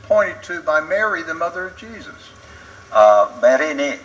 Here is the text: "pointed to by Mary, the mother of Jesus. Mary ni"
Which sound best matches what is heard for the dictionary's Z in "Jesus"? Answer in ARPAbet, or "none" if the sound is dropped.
Z